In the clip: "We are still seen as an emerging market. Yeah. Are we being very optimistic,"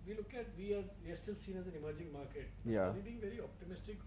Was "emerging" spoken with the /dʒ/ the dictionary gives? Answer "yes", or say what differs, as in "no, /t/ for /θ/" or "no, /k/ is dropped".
yes